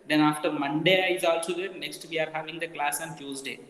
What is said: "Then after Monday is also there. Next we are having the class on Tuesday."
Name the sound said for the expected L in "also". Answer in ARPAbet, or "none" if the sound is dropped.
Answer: L